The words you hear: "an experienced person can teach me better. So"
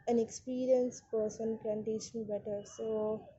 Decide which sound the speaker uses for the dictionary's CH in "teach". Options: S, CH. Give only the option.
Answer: S